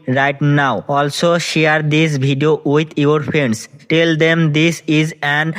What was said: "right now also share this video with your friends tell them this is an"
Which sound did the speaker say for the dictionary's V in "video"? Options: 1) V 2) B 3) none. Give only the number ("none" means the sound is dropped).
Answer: 2